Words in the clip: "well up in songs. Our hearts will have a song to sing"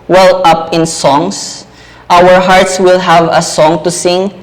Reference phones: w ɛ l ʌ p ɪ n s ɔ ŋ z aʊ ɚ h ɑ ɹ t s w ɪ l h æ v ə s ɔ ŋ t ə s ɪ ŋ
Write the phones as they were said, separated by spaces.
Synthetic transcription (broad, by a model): w ɛ l ʌ p ɪ n s ɔ ŋ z aʊ ɚ h ɑ ɹ t s w ɪ l h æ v ə s ɔ ŋ t ə s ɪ ŋ